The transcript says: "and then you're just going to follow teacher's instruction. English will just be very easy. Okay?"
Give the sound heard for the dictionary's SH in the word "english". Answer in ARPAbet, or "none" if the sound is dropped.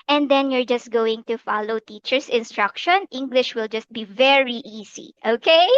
SH